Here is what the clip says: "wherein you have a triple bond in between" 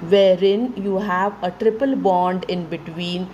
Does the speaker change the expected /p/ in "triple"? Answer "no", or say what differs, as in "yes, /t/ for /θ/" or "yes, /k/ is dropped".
no